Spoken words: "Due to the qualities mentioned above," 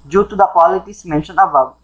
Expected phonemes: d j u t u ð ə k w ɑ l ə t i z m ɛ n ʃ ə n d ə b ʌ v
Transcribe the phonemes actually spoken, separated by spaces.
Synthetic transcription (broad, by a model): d j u t u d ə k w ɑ l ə t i s m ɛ n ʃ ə n ə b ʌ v